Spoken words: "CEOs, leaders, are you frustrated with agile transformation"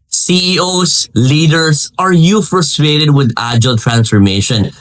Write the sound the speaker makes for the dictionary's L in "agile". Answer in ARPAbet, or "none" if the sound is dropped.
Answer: L